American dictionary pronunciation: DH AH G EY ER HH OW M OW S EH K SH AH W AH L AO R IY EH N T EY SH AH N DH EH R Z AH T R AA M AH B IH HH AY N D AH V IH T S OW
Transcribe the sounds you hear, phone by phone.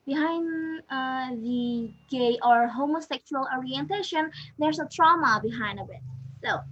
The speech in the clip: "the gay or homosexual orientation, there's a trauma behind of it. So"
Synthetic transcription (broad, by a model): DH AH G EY ER HH OW M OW S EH K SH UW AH L AO R IY EH N T EY SH AH N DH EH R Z AH T R AA M AH B IH HH AY N D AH B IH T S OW